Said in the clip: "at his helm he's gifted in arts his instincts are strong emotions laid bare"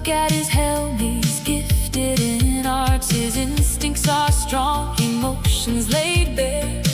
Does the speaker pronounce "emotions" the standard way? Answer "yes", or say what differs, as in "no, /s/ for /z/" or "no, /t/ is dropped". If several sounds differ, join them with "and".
yes